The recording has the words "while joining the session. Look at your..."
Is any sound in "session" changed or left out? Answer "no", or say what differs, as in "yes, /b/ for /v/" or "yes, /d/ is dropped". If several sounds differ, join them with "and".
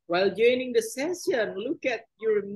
yes, /s/ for /ʃ/